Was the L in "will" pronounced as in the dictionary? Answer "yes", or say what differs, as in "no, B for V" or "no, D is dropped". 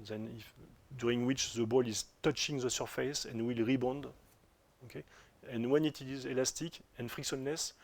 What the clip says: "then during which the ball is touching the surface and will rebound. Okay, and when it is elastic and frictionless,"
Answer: yes